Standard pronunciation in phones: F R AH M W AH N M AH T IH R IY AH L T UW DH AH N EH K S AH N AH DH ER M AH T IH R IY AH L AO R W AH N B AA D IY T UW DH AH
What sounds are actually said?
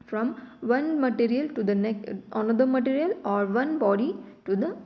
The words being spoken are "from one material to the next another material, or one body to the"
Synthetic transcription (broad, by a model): F R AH M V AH N M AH T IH R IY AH L T UW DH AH N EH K AH N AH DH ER M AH T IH R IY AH L AO R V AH N B AA D IY T UW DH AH